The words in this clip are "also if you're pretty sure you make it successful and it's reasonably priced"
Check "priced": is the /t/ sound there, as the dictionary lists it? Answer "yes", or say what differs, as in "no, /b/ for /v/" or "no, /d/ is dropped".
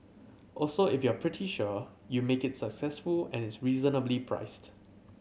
yes